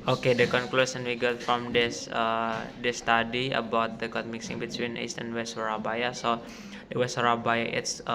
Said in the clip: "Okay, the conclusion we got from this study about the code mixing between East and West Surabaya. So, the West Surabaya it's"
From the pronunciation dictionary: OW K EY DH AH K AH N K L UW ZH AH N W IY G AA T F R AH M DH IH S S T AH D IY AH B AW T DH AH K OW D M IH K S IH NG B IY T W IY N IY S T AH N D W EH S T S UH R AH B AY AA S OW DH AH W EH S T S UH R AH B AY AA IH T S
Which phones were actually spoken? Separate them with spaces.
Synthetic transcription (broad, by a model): OW K EY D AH K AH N K L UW S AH N W IY G AA T F R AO M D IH S S T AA D IY AH B AW T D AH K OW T M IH K S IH NG B IY T W IY N IY S T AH N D W EH S T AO R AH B AY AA S OW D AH W EH S T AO R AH B AY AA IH T S